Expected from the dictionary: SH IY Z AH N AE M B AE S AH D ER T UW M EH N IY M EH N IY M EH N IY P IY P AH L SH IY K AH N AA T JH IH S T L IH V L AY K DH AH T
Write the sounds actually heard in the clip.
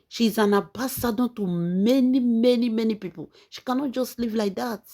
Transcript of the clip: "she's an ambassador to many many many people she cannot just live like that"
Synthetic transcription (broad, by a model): SH IY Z AH N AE B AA S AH D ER T UW M EH N IY M EH N IY M EH N IY P IY P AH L SH IY K AH N AA T JH IH S T L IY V L AY K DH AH T